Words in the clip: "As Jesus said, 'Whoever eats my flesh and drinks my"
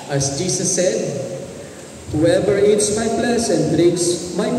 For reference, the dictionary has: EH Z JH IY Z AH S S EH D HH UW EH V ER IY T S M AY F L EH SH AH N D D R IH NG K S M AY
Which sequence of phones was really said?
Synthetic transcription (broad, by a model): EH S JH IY S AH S S EH D HH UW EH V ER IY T S M AY P L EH S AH N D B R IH K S M AY